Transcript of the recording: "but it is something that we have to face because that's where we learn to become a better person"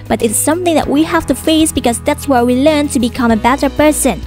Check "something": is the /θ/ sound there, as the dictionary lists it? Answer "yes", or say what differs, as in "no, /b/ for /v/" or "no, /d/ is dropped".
yes